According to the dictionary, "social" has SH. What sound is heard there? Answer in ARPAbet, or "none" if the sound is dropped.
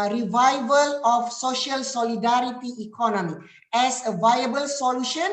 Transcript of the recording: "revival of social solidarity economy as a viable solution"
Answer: SH